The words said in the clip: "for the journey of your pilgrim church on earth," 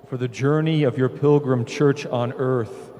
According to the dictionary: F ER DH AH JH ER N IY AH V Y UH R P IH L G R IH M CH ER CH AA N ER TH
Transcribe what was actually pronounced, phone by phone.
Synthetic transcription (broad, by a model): F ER DH AH JH ER N IY AH V Y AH R P IH L G R IH M CH ER CH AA N ER TH